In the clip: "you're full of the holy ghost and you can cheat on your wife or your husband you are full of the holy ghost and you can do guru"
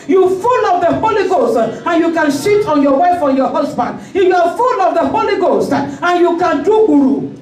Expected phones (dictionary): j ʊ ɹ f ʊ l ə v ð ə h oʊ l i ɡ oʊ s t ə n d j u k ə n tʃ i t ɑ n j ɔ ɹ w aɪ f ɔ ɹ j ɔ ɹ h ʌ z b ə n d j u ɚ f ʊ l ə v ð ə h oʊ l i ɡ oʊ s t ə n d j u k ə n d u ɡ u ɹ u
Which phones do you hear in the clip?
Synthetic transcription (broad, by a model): j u f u l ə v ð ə h oʊ l i ɡ oʊ s t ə n j u k ə n ʃ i t ɑ n j ɔ w aɪ f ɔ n j ɔ h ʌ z b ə n d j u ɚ f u l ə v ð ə h oʊ l i ɡ oʊ s t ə n j u k ə n d u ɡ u ɹ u